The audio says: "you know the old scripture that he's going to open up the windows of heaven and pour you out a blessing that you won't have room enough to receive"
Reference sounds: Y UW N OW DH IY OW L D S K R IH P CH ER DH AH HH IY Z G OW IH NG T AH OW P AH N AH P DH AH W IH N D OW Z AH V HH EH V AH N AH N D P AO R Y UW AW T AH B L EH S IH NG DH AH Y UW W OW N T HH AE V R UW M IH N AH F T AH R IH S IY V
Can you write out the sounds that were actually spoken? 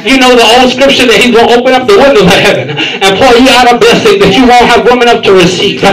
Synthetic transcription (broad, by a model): Y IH N OW DH IY OW L D S K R IH P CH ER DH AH HH IY Z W OW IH P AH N AH P DH AH W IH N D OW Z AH HH EH V AH N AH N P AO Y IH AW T AH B EH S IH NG DH AH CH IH W OW N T HH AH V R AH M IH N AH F T AH R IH S IY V